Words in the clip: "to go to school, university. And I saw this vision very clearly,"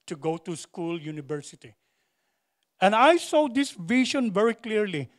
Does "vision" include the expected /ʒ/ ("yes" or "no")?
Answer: no